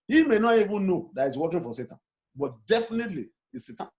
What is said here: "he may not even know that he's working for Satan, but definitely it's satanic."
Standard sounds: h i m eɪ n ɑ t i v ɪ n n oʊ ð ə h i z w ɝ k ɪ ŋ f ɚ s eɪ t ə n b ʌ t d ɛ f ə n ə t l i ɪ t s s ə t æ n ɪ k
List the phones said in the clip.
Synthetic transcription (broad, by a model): h i m eɪ n ɑ t i v ɪ n n oʊ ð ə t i s w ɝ k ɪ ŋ f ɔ s eɪ t ə n b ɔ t d ɛ f ə n ə t l i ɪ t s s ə t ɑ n